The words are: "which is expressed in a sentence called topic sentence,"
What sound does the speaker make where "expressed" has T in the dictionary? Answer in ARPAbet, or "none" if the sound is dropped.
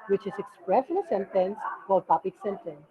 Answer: none